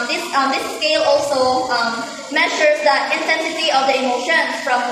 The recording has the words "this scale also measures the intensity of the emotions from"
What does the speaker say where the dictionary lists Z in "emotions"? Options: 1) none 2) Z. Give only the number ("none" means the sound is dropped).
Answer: 1